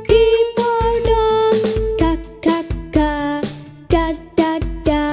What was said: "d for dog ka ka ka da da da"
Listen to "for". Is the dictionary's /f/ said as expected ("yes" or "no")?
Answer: no